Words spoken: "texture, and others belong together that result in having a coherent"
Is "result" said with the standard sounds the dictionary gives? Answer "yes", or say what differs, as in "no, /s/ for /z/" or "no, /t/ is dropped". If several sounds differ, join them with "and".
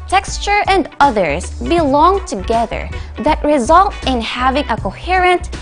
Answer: yes